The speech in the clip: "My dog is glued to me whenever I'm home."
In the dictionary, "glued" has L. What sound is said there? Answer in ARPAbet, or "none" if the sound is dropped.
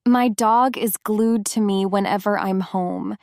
L